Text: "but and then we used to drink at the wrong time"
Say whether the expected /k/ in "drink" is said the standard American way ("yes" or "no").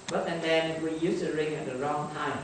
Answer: no